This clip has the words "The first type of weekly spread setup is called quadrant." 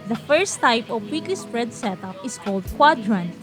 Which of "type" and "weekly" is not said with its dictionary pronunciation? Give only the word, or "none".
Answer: none